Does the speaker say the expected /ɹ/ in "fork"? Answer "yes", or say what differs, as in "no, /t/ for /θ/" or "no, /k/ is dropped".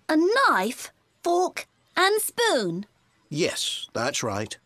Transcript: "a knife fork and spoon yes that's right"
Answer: no, /l/ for /ɹ/